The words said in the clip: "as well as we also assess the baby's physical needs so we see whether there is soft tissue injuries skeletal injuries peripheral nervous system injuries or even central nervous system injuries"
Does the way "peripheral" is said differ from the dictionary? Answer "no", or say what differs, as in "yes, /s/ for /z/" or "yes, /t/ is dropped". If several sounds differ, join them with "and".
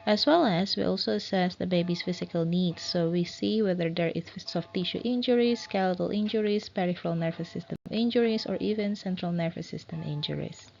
no